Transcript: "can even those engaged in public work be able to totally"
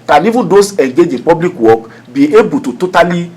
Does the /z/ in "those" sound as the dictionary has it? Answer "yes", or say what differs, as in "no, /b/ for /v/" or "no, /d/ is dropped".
no, /s/ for /z/